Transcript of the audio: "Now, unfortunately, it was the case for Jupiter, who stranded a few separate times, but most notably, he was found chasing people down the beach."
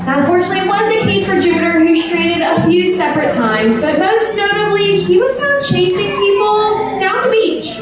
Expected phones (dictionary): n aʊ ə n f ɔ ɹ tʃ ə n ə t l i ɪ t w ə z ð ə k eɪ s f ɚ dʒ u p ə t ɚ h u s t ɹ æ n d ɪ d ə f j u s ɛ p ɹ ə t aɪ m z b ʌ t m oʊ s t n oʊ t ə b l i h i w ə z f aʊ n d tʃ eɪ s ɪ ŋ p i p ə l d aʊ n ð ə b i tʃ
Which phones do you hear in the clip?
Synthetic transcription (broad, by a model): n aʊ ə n f ɔ ɹ tʃ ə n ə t l i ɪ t w ə z ð ə k eɪ s f ɚ dʒ u p ə t ɚ h u s t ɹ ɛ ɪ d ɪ d ə f j u s ɛ p ɹ ə t aɪ m z b ʌ t m oʊ s t n oʊ t ə b l i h i w ə z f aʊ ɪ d tʃ eɪ s ɪ ŋ p i p l d aʊ n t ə b i tʃ